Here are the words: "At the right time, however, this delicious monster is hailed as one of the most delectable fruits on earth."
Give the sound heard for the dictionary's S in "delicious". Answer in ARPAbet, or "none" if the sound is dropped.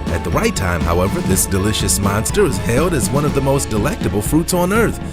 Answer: S